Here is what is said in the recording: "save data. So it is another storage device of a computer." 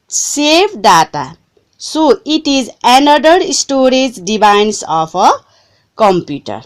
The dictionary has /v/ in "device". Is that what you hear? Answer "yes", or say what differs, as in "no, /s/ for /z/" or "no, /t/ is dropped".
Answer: no, /b/ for /v/